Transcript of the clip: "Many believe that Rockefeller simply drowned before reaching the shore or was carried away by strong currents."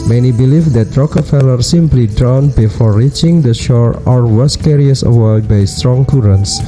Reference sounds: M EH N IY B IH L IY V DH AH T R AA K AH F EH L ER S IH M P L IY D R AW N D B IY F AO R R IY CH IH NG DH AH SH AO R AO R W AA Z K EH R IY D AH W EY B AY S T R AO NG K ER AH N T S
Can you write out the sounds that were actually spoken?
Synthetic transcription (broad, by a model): M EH N IY B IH L IY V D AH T R AA K AH F EH L ER S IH M P L IY D R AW N B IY F AO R R IY CH IH NG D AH SH AO R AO R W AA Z K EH R IY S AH W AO B AY S T R AO NG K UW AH N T S